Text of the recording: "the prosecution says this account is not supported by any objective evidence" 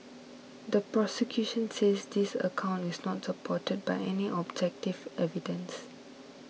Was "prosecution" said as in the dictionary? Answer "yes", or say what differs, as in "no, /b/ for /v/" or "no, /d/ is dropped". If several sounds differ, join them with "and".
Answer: yes